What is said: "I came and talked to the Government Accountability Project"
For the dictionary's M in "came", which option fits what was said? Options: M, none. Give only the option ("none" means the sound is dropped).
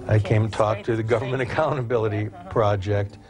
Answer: none